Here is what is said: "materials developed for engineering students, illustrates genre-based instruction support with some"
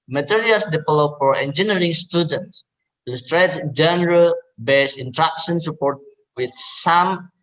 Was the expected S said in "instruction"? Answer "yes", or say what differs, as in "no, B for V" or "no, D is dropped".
no, S is dropped